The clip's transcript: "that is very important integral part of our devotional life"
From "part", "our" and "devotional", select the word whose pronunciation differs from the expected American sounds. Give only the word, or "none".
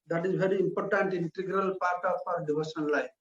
devotional